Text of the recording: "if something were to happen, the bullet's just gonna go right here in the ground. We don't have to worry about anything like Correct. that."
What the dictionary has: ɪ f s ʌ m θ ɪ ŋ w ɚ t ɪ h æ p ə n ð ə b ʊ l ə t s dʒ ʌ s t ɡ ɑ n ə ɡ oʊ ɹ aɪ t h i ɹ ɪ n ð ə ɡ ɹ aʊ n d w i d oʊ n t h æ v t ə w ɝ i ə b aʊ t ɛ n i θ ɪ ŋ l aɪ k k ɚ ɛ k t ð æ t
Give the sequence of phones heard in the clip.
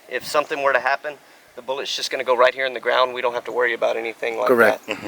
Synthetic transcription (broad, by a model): ɪ f s ʌ m θ ɪ ŋ w ɚ t ɪ h æ p ə n ð ə b ʊ l ə t s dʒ ʌ s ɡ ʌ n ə ɡ oʊ ɹ aɪ t h i ɹ ɪ n ð ə ɡ ɹ aʊ n d w i d oʊ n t h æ f t ə w ɝ i ə b aʊ t ɛ n i θ ɪ ŋ l aɪ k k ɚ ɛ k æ t